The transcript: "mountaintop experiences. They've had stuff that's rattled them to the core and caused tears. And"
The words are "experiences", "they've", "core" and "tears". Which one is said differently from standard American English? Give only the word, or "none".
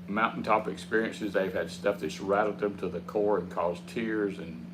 none